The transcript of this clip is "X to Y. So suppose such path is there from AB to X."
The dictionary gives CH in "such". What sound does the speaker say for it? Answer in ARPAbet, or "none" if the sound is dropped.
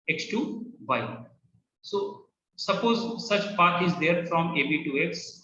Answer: CH